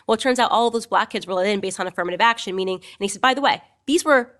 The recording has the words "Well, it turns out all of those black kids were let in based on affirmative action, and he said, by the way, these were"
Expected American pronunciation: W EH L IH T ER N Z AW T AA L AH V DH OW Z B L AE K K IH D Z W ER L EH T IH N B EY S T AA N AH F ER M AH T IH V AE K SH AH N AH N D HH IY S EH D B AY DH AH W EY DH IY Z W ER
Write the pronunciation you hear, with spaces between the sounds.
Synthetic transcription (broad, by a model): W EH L T ER N Z AW T AA L AH V DH OW Z B L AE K K IH D Z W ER L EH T IH N B EY S T N AH F ER M AH T IH V AE K SH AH N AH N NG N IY S EH D B AY DH AH W EY DH IY Z W ER